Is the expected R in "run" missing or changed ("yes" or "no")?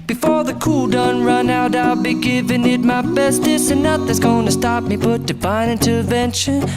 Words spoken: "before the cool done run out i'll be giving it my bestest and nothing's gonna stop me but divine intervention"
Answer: no